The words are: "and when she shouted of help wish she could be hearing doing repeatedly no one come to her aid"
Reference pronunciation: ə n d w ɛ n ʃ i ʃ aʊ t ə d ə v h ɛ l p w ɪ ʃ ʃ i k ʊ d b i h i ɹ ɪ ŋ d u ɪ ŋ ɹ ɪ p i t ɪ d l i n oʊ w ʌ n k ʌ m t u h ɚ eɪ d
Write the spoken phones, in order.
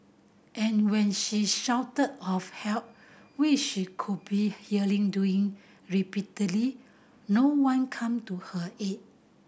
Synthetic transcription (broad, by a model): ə n w ɛ n ʃ i ʃ aʊ t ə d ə f h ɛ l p w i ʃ ʃ i k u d b i h i l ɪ ŋ d u ɪ ŋ ɹ ɪ p i t ɪ d l i n oʊ w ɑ n k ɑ m t u h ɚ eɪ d